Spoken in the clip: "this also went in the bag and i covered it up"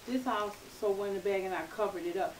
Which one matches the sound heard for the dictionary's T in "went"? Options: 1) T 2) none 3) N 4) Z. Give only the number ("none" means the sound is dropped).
2